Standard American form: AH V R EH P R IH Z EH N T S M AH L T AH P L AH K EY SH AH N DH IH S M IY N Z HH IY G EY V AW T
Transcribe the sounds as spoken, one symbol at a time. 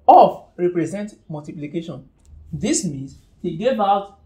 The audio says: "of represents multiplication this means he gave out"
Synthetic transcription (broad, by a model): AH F R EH P R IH Z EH N T M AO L T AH P L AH K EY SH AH N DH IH S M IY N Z HH IY G EY V AW T